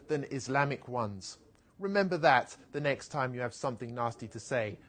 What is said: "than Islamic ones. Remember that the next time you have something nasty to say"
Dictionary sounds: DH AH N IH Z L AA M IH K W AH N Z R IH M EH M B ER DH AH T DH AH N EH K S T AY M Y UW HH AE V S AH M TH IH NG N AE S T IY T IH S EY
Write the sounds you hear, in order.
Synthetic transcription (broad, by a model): DH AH N IH Z L AA M IH K W AH N Z R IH M EH M B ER DH AH T DH AH N EH K S T AY M Y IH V S AH M TH IH NG N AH S T IY T IH S EY